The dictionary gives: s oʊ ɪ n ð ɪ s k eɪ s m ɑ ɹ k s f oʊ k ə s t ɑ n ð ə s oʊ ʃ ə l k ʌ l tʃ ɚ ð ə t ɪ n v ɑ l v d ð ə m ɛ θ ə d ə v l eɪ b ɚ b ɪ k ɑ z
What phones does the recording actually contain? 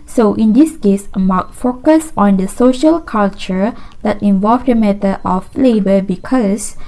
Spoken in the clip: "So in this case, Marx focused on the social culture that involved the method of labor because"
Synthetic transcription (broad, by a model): s oʊ ɪ n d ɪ s k eɪ s m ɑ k f oʊ k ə s ɑ n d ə s oʊ ʃ ə l k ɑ l tʃ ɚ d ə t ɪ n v ɑ l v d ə m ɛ t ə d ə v l eɪ b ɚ b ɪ k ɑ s